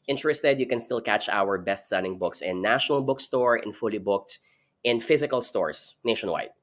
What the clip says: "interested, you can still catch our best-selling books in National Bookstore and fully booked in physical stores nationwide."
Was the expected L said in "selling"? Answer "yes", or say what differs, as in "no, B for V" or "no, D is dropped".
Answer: no, N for L